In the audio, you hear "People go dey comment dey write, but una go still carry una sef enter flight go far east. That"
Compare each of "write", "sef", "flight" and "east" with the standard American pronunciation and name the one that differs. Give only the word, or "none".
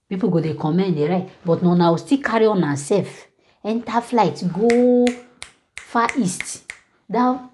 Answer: none